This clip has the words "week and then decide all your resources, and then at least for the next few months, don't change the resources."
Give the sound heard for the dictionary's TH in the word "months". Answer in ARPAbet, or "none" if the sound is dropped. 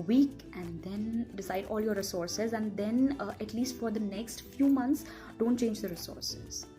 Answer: T